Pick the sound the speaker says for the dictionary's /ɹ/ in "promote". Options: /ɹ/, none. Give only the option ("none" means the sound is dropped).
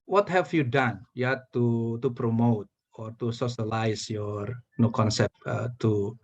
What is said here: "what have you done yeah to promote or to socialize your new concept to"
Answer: /ɹ/